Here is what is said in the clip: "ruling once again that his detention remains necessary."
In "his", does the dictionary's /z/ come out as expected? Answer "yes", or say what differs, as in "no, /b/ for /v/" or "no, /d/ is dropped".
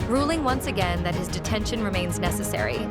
yes